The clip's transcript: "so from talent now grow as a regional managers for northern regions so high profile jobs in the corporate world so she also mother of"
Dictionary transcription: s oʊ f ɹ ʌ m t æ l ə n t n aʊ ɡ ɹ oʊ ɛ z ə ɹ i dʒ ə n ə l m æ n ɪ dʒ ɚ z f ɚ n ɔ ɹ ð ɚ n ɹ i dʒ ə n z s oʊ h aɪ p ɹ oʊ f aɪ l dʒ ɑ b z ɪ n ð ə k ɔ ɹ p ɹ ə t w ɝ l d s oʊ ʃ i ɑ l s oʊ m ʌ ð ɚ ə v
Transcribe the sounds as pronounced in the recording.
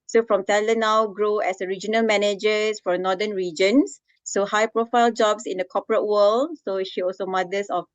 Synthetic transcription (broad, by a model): s oʊ f ɹ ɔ m t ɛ l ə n n aʊ ɡ ɹ oʊ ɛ s ə ɹ i dʒ ə n ə l m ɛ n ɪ dʒ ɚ s f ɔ n ɔ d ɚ n ɹ i dʒ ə n s oʊ h aɪ p ɹ oʊ f aɪ l dʒ ɑ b s ɪ n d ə k ɔ p ɹ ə t w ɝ l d s oʊ ʃ i ɑ l s oʊ m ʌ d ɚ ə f